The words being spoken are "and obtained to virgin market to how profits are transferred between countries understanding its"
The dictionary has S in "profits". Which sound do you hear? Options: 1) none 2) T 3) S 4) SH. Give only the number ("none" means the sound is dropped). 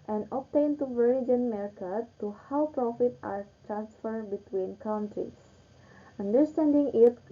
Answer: 1